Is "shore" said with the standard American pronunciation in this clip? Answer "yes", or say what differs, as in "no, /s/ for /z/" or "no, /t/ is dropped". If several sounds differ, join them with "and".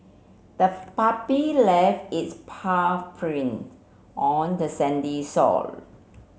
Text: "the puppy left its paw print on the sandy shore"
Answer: no, /s/ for /ʃ/ and /l/ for /ɹ/